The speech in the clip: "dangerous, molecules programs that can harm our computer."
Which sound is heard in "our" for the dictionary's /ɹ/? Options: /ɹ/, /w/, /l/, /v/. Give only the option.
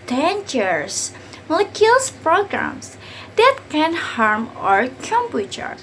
/ɹ/